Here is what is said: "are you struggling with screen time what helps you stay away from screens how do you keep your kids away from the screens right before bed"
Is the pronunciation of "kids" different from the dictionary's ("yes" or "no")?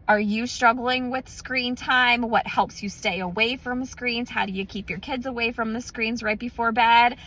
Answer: no